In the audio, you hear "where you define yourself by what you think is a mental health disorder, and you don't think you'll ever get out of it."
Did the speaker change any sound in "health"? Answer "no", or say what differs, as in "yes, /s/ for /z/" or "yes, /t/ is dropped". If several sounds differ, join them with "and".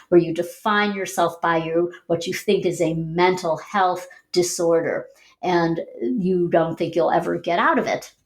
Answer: no